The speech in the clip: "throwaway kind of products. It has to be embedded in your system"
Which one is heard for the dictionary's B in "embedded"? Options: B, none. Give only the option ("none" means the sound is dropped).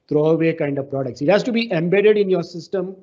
B